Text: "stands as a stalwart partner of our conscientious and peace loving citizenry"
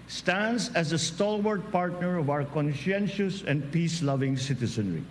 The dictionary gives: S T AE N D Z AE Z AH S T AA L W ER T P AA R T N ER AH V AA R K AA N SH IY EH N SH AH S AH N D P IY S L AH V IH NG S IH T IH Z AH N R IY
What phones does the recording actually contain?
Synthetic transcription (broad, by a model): S T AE N D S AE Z AH S T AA L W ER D P AA R T N ER AH V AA W K AA N SH IY EH N SH AH S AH N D P IY S L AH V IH NG S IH T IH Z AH N R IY